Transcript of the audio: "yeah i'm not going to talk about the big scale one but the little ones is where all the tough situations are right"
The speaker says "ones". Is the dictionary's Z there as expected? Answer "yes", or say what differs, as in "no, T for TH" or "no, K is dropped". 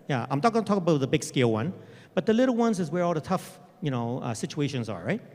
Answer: yes